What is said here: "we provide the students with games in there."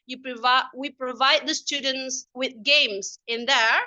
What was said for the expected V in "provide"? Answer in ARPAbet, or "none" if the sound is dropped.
V